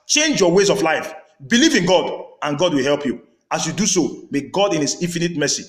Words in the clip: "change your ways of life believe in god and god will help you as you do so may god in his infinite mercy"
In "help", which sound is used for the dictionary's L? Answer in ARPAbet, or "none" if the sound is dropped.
L